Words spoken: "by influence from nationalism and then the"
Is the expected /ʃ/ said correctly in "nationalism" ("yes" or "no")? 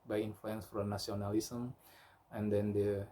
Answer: no